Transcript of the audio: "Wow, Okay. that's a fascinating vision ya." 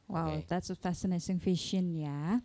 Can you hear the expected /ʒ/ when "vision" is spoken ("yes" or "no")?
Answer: no